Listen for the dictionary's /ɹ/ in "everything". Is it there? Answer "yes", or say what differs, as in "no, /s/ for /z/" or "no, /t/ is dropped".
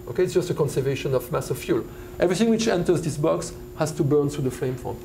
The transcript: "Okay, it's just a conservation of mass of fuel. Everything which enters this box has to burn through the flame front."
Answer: yes